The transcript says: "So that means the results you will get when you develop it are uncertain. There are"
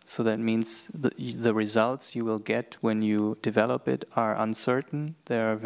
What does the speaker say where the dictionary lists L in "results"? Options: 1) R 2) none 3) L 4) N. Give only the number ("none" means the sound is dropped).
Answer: 3